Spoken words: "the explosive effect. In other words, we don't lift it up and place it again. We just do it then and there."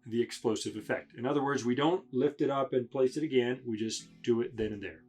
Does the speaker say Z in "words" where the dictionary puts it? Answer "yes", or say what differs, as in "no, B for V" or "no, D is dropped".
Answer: yes